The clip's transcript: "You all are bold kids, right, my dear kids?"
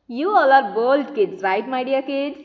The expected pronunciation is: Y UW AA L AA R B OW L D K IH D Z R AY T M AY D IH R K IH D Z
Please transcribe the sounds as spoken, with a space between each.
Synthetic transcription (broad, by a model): Y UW AA L AA R B OW L D K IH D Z R AY T M AY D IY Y K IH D